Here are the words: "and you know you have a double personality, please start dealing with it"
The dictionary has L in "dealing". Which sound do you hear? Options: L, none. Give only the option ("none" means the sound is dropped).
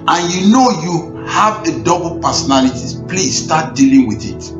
L